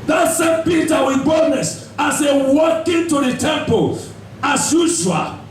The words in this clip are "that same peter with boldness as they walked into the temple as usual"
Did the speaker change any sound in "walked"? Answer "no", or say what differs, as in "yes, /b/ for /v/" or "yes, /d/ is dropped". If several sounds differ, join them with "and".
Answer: yes, /t/ is dropped